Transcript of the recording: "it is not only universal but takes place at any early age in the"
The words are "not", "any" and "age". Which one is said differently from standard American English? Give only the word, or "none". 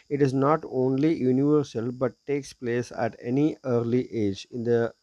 none